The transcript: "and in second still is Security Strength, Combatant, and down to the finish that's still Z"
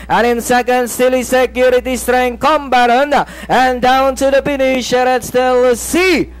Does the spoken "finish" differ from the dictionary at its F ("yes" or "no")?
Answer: yes